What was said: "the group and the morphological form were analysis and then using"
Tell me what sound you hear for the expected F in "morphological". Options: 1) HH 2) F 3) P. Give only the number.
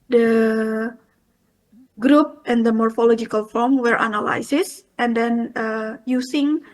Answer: 2